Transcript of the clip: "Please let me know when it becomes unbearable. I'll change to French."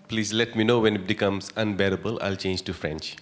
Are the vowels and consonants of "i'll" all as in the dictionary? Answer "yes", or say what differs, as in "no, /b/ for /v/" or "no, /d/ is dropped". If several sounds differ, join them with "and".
yes